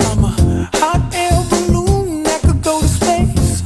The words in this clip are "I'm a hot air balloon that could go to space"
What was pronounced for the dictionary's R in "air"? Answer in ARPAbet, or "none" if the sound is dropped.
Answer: L